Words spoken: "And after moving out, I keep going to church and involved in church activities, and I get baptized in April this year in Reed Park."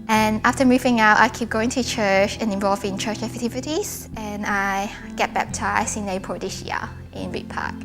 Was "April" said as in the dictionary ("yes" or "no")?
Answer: no